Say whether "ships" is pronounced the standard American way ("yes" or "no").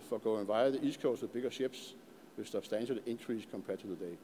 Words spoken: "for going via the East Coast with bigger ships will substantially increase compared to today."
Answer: no